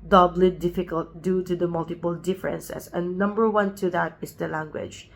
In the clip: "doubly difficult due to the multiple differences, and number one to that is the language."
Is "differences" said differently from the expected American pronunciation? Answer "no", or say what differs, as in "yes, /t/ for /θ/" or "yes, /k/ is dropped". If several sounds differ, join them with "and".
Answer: yes, /s/ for /z/